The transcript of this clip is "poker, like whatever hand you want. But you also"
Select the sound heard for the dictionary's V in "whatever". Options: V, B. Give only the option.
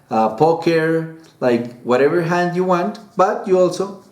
V